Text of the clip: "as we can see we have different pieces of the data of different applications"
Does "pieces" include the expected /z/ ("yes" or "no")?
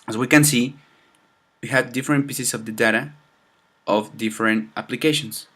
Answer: no